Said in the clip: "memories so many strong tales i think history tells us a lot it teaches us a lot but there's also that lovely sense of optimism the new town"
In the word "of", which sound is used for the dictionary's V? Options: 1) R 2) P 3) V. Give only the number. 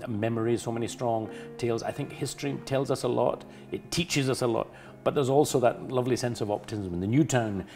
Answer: 3